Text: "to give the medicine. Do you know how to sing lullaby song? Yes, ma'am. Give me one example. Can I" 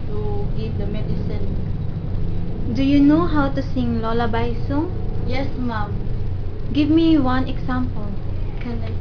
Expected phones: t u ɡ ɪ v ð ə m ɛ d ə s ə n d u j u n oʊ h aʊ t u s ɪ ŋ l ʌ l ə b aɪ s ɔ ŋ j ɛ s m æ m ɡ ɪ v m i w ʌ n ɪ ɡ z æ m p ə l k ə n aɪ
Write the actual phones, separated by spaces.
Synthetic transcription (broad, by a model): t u ɡ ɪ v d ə m ɛ d ə s ə n d u j u n oʊ h aʊ t u s ɪ ŋ l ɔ l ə b aɪ s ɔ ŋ j ɛ s m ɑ m ɡ ɪ v m i w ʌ n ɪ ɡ s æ m p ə l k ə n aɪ